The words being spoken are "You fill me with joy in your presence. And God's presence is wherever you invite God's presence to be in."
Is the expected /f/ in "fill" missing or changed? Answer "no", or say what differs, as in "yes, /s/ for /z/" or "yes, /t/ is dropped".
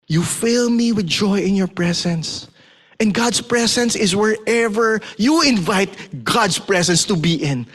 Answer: no